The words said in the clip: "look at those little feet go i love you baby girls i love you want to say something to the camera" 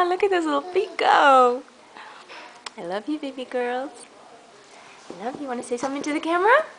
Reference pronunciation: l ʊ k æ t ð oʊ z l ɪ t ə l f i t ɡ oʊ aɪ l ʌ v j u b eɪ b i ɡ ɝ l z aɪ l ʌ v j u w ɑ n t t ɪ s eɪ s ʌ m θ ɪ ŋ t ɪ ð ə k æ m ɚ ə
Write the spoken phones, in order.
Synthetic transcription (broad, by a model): l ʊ k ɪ t ð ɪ s l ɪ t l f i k ɡ oʊ aɪ l ʌ v j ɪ b eɪ b i ɡ ɝ l z aɪ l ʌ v j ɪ w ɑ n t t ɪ s eɪ s ʌ m θ ɪ ŋ t ɪ ð ə k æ m ɚ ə